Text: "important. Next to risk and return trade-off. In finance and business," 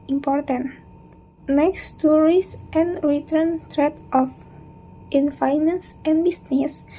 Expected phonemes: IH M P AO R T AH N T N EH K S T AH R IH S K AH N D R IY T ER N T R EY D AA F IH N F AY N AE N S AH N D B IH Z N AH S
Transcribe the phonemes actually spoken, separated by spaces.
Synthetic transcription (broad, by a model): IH M P AO R T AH N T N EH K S T AH R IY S AH N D R IY T ER N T R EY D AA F IH N F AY N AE N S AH N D B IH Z N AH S